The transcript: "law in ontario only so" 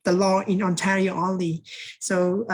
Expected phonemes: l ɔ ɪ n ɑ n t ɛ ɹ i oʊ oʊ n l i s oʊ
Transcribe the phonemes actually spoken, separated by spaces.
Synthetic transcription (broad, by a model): l ɔ ɪ n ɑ n t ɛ ɹ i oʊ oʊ l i s oʊ